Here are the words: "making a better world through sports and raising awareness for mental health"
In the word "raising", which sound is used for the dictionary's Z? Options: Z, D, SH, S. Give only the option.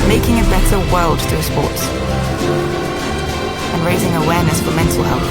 Z